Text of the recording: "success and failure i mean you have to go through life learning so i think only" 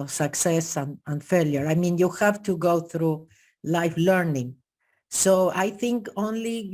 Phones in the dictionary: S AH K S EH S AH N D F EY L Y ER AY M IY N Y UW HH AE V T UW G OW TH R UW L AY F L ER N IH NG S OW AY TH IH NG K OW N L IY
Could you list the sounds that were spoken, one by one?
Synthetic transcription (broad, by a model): S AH K S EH S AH N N F EY L Y ER AY M IY N Y UW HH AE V T UW G OW TH R UW L AY F L ER N IH NG S OW AY TH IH NG K OW N L IY